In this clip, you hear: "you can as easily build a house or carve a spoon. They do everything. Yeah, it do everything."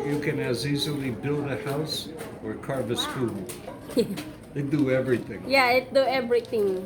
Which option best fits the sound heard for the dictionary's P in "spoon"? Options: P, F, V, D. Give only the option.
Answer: F